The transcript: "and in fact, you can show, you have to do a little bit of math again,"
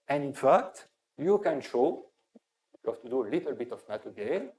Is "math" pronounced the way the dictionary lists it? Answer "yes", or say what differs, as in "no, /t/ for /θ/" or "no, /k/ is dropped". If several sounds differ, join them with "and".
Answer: no, /t/ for /θ/